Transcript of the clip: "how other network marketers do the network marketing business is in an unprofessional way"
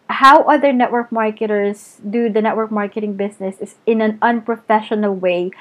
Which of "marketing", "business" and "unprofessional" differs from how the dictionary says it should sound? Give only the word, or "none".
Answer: business